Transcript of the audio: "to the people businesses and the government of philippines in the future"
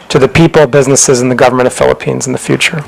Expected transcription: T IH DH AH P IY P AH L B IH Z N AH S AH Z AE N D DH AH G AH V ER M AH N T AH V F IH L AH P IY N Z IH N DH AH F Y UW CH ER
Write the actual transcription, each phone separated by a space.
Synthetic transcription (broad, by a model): T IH DH AH P IY P L B IH Z N AH S AH Z N DH AH G AH V ER M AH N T AH V F IH L AH P IY N Z N DH AH F Y UW CH ER